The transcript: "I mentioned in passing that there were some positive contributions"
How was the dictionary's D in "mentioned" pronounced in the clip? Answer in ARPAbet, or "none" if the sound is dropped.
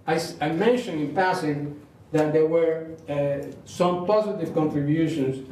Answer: none